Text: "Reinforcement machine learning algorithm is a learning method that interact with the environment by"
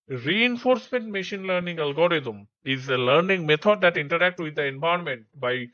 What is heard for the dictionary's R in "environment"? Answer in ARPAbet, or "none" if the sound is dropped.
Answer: none